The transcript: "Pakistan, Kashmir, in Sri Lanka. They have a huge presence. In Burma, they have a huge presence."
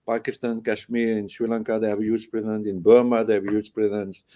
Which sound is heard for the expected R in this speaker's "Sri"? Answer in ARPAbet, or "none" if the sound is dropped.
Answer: W